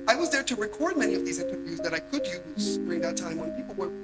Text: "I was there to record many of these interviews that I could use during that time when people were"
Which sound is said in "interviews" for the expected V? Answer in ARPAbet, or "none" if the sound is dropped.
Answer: V